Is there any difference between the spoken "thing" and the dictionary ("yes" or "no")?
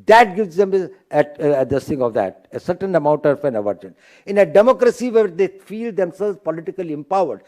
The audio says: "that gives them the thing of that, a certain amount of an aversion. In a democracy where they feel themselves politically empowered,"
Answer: yes